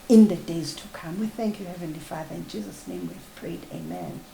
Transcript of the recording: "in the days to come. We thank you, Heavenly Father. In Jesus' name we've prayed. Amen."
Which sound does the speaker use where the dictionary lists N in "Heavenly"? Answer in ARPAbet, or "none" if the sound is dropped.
N